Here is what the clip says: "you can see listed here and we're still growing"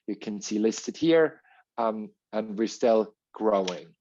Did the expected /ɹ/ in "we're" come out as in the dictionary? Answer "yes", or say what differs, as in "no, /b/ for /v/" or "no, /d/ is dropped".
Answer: yes